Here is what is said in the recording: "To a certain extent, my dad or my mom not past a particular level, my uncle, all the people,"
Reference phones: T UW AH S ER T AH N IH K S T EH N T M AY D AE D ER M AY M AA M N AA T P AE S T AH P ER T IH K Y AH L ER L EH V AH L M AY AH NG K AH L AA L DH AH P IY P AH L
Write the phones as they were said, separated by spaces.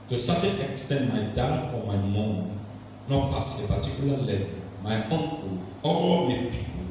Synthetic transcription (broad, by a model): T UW S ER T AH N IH K S T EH N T M AY D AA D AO M AY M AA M N AA T P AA S AH P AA T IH K Y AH L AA L EH V AH L M AY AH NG K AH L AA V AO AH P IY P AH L